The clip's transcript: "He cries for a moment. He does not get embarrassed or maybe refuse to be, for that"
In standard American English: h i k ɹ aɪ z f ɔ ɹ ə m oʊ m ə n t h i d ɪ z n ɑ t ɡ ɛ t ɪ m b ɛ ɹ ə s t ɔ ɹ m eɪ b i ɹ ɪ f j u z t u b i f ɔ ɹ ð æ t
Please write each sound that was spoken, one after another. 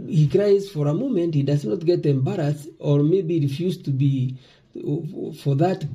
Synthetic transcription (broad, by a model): h i k ɹ aɪ z f ɔ ɹ ə m oʊ m ə n t h i d ɪ z n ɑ t ɡ ɛ t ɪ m b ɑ ɹ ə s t ɔ ɹ m eɪ b i ɹ ɪ f j u z t u b i f ɔ ɹ ð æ t